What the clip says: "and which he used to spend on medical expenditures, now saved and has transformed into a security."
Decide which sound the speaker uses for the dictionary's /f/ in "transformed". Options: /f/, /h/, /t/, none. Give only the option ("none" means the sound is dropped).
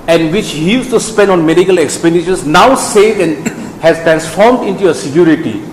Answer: /f/